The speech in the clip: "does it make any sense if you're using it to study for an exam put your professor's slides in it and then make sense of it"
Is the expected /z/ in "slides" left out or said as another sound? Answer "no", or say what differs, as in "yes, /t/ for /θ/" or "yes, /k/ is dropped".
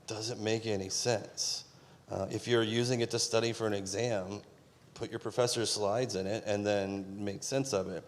no